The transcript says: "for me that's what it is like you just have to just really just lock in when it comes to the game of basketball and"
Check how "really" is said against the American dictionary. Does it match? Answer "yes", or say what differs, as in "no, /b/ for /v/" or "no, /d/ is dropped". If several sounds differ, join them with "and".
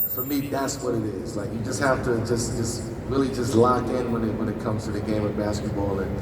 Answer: yes